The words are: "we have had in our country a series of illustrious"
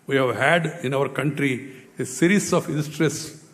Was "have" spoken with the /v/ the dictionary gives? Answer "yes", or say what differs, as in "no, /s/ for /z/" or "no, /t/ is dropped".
yes